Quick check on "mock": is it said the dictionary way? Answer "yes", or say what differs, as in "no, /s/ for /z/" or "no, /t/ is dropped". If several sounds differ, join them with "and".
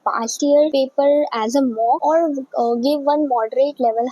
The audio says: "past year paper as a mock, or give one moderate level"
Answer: no, /k/ is dropped